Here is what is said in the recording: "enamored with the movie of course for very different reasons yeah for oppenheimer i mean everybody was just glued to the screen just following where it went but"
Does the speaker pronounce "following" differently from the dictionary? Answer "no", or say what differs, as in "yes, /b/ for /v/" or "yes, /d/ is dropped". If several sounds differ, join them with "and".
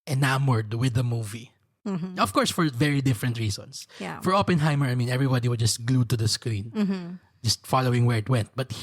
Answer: no